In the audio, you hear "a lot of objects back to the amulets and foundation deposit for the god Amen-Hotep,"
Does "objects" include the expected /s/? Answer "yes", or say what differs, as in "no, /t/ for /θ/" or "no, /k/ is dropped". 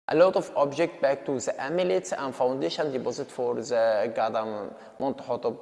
no, /s/ is dropped